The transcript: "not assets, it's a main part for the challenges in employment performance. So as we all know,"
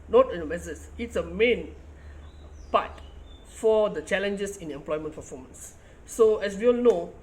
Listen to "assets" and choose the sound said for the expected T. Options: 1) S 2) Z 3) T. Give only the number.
1